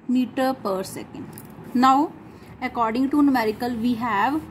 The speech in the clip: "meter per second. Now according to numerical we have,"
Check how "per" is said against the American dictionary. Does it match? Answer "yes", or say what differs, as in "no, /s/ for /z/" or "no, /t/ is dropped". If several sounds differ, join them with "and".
yes